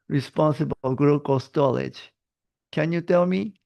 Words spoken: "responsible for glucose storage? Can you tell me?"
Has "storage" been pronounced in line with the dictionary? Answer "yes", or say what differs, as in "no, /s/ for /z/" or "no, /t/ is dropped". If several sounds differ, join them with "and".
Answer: no, /l/ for /ɹ/